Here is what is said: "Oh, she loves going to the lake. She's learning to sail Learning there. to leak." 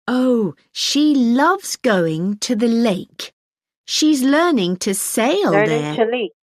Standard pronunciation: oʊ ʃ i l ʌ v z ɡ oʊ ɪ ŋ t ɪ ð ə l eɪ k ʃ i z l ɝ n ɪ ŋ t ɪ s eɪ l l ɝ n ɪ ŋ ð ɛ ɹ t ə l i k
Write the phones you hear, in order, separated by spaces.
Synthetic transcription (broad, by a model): oʊ ʃ i l ʌ v z ɡ oʊ ɪ ŋ t ɪ ð ə l eɪ k ʃ i z l ɝ n ɪ ŋ t ɪ s eɪ ɪ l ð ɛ ɹ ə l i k